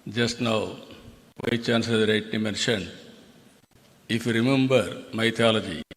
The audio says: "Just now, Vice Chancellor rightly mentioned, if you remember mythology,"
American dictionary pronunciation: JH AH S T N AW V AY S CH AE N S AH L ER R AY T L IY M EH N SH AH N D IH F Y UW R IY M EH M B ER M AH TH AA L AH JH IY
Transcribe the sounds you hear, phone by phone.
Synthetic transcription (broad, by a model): JH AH S T N AW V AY CH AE N S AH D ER R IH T N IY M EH N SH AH N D IH F Y UW R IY M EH M B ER M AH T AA L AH JH IY